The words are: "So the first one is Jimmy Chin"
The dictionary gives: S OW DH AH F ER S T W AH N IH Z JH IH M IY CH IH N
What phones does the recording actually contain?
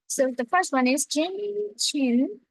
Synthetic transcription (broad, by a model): S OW DH AH F ER S T W AH N IH Z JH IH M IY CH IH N